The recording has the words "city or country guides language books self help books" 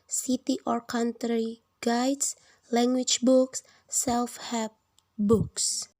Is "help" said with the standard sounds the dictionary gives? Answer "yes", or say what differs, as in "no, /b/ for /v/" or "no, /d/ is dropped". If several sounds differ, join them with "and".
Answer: no, /l/ is dropped